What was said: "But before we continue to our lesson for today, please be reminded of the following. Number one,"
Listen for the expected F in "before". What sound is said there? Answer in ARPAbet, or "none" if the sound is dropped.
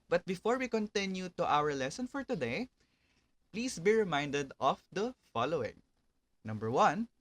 F